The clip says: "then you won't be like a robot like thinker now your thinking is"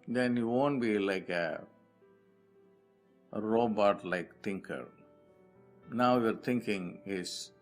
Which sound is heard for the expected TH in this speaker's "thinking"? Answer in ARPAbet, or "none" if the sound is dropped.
T